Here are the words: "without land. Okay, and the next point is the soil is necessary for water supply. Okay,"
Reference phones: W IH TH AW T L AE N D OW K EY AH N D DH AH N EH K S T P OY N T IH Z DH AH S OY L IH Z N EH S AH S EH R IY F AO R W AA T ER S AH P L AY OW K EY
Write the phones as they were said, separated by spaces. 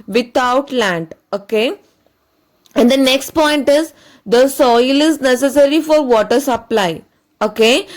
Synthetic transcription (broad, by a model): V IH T AW T L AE N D OW K EY AH N D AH N EH K S T P OY N T IH Z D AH S OY L IH Z N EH S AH S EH R IY F AO R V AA T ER S AH P L AY OW K EY